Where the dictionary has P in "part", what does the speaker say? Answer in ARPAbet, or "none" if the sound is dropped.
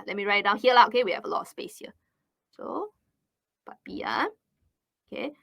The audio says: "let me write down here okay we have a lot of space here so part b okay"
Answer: B